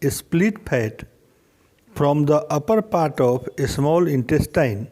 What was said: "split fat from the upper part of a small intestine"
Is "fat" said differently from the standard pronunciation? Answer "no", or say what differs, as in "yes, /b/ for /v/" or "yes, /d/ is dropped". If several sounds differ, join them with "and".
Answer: yes, /p/ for /f/